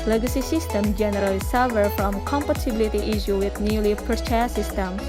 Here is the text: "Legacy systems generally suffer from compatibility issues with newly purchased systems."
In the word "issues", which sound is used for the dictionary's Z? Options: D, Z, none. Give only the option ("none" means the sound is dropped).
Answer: none